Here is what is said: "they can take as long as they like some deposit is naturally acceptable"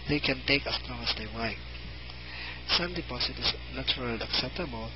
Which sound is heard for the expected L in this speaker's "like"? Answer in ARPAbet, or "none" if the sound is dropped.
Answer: W